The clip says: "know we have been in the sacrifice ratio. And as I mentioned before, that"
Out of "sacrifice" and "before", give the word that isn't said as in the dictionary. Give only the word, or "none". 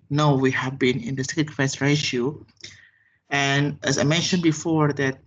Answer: sacrifice